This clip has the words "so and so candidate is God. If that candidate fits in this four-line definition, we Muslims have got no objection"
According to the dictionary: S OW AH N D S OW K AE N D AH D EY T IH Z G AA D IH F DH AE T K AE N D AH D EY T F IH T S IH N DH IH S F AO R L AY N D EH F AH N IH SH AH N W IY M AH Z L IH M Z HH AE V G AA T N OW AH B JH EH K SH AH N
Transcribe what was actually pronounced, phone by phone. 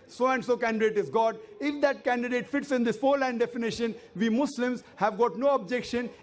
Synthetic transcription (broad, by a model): S OW AH N D S OW K AE N D AH D EY T IH Z G AA D IH F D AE T K AE N D AH D EY T F IH T S IH N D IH S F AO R L AY N D EH F AH N IH SH AH N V IY M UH S L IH M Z HH AE V G AA T N OW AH B JH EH K SH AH N